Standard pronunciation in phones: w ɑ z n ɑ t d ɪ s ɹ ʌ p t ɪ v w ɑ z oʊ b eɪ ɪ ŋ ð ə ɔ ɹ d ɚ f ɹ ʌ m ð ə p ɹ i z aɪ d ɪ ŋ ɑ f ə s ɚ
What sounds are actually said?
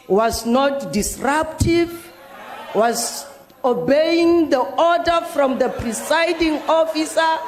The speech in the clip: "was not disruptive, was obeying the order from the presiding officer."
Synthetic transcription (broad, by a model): w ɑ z n ɑ t d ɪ s ɹ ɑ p t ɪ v w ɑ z oʊ b eɪ ɪ ŋ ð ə ɔ d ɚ f ɹ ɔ m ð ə p ɹ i s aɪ d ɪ ŋ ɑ f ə s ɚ